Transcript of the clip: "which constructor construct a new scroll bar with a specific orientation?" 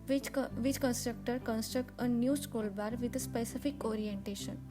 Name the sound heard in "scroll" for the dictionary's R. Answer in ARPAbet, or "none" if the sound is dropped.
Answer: none